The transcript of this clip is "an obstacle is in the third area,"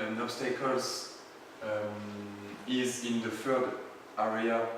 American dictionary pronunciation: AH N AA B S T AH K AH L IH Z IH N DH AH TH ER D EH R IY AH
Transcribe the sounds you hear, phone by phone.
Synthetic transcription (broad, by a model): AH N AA S T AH K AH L IH Z IH N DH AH F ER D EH R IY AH